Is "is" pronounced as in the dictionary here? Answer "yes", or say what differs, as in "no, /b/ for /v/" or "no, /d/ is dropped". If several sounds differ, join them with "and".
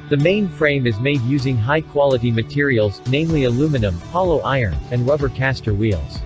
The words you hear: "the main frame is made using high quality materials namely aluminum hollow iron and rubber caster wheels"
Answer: yes